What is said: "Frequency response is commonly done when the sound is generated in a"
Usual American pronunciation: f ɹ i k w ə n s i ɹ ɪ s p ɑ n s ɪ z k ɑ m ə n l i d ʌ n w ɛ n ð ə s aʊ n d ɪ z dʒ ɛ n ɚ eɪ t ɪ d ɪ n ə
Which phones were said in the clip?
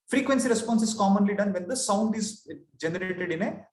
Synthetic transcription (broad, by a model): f ɹ i k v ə n s i ɹ ɪ s p ɑ n s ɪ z k ɑ m ə n l i d ʌ n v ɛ n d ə s aʊ n d ɪ z dʒ ɛ n ɚ eɪ t ɪ d ɪ n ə